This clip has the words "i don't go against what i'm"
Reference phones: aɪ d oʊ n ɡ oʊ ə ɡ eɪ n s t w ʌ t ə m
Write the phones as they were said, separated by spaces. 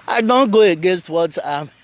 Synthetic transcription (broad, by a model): aɪ d oʊ n ɡ oʊ ə ɡ eɪ n s t w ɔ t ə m